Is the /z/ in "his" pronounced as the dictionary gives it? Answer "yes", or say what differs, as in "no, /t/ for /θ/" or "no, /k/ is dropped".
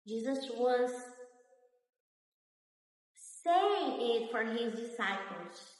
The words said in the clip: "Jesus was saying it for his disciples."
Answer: yes